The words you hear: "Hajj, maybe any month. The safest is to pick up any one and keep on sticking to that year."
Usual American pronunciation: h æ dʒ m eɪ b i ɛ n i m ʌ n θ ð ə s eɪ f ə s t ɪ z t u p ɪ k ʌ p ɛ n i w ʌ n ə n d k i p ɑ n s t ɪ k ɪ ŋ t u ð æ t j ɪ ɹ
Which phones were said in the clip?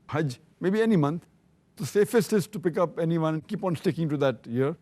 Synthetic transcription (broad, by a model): h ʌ dʒ m eɪ b i ɛ n i m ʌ n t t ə s eɪ f ə s t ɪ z t u p ɪ k ʌ p ɛ n i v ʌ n ə n d k i p ɑ n s t ɪ k ɪ ŋ t u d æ t j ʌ ɹ